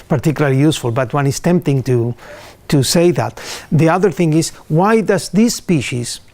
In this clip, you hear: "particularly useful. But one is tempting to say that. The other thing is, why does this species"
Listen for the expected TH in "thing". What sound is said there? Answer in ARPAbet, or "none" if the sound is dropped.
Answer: TH